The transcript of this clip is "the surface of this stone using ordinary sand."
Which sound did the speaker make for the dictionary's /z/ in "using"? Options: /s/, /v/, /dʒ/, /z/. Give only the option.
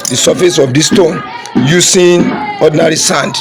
/s/